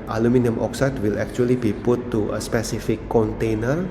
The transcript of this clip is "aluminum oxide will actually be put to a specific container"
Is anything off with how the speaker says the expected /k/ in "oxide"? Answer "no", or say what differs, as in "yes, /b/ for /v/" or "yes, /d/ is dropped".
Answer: no